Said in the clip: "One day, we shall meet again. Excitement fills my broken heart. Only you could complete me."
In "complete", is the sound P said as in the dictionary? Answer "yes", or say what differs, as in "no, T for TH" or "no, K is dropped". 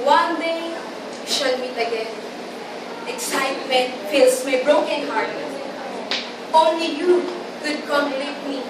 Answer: no, P is dropped